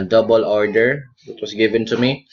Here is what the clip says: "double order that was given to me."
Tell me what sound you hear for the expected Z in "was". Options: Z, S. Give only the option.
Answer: S